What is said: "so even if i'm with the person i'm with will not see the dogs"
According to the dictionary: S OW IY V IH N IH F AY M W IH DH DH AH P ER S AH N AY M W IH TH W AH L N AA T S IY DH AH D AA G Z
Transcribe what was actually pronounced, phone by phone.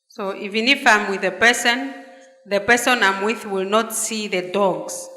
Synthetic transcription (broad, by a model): S OW IY V IH N IH F AY M W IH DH DH AH P ER S AH N AY M W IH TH W AH L N AA T S IY DH AH D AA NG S